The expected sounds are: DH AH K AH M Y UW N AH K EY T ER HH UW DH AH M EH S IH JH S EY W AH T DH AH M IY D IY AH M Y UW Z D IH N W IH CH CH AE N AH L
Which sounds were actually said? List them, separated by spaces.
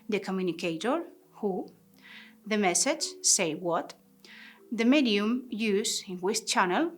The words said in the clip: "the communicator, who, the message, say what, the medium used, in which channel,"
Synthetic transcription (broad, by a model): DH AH K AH M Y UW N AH K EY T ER HH UW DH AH M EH S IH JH S EY W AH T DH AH M IY D IY AH M Y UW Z IH N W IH S CH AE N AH L